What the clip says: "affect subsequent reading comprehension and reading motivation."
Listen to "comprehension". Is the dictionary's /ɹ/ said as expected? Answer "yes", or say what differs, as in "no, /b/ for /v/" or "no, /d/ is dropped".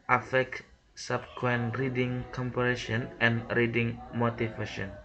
no, /ɹ/ is dropped